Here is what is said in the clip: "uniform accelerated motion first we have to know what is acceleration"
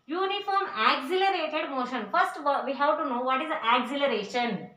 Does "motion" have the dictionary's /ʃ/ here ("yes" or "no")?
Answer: yes